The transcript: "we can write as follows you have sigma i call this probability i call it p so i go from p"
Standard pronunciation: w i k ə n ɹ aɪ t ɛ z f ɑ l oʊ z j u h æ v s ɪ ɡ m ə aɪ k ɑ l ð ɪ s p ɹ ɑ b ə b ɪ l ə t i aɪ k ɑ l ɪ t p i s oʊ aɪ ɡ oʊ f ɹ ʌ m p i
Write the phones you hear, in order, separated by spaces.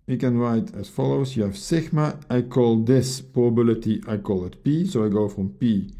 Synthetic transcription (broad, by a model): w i k ə n ɹ aɪ t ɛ s f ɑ l oʊ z j u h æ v s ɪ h m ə aɪ k ɑ l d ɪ s p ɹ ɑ ə b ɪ l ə t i aɪ k ɑ l ɪ t p i s oʊ aɪ ɡ oʊ f ɹ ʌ m p i